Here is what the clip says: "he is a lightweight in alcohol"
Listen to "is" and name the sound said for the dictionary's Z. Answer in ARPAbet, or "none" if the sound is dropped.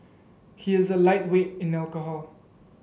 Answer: Z